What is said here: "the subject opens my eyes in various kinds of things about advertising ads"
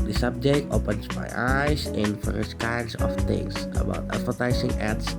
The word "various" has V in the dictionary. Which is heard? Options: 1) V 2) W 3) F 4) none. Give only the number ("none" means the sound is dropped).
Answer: 3